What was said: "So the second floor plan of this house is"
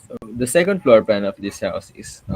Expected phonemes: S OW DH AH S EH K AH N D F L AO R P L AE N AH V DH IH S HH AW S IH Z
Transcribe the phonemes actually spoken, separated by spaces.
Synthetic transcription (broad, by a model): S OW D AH S EH K AH N D F L AO R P AE N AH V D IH S HH AW S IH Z